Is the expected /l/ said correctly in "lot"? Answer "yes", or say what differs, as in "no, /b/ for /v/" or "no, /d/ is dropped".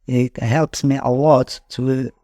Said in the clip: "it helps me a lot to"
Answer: no, /w/ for /l/